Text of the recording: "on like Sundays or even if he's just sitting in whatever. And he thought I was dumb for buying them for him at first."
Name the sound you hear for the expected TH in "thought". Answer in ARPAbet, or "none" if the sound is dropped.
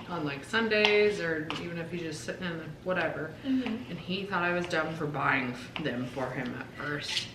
TH